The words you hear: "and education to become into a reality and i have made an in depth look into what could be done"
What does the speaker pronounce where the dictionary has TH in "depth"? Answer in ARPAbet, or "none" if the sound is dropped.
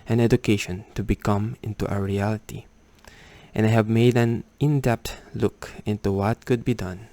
T